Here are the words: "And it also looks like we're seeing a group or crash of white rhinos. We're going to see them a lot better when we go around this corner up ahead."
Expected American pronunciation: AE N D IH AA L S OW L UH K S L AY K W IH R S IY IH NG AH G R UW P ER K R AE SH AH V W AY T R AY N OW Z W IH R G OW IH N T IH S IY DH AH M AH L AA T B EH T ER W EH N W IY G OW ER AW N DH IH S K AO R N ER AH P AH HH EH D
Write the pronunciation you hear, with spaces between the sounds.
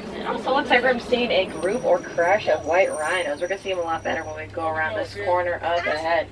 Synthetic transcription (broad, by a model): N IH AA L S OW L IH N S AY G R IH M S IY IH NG AH G R UW P ER K R AE SH AH V W AY T R AY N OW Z W IH R G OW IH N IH S IY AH M AH L AA T B EH T ER W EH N W IY G OW ER AW N DH IH S K AO R N ER AH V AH HH EH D